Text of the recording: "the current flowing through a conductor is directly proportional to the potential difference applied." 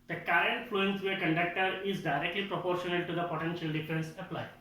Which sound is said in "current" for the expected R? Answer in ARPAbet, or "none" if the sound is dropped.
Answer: R